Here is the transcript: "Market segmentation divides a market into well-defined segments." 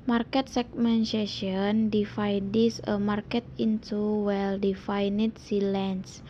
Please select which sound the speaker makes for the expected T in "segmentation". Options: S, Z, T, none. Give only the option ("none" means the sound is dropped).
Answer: S